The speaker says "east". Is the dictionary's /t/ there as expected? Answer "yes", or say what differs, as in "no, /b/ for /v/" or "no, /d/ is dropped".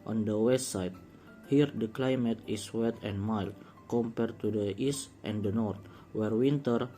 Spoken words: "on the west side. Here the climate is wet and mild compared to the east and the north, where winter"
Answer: yes